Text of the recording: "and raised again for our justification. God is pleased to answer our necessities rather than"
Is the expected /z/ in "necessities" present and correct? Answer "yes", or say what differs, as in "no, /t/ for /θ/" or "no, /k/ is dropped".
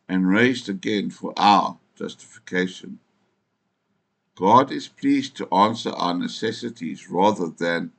yes